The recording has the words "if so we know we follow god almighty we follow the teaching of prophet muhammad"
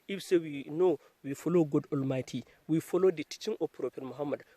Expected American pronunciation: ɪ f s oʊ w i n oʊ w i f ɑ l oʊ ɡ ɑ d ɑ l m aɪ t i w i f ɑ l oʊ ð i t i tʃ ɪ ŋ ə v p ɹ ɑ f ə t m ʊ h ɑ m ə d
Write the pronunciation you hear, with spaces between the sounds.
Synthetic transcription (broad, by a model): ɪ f s oʊ w i n oʊ w i f ɑ l oʊ ɡ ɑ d ɑ l m aɪ t i w i f ɑ l oʊ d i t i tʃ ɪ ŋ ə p ɹ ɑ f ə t m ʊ h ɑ m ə d